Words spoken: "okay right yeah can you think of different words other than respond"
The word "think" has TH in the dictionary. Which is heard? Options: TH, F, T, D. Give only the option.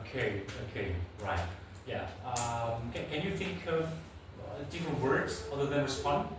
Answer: TH